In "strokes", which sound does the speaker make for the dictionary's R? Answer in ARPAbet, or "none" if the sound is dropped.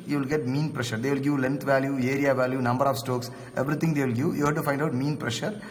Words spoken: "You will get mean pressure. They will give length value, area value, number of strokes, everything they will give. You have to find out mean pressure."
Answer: none